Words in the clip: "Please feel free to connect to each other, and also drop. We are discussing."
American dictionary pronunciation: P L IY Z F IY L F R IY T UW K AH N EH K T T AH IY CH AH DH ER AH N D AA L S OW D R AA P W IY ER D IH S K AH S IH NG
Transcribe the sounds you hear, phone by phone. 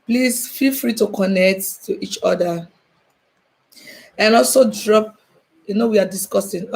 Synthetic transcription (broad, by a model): P L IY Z F IY L F R IY T UW K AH N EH K T T IY CH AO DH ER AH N AA L S OW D R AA P W IY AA D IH S K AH S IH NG